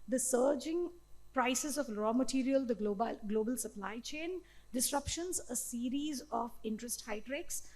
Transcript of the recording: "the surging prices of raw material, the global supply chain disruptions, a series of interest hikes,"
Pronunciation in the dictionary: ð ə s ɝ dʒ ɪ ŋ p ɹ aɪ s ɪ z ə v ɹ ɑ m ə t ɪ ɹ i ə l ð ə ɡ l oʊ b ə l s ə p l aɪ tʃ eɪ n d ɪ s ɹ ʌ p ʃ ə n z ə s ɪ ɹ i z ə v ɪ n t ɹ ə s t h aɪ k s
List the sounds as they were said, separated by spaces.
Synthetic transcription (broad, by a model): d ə s ɝ dʒ ɪ ŋ p ɹ aɪ s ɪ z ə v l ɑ m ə t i ɹ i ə l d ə ɡ l oʊ b ə l s ə p l aɪ tʃ eɪ n d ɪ s ɹ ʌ p ʃ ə n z ə s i ɹ i z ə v ɪ n t ɹ ə s t h aɪ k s